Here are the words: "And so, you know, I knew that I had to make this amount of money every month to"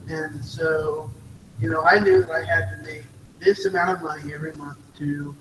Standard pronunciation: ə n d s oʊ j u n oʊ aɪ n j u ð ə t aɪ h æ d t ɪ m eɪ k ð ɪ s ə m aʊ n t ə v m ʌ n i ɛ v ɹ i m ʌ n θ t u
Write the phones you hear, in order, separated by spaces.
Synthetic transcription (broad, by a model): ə n s oʊ j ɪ n oʊ aɪ n j u ð ə t aɪ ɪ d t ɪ m eɪ k ð ɪ s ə m aʊ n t ə v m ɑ i ɛ v ɹ i m ʌ n θ t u